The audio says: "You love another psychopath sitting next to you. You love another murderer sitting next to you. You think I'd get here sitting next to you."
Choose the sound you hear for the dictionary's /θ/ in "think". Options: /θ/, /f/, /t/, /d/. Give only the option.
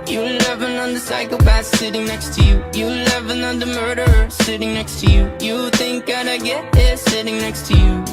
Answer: /θ/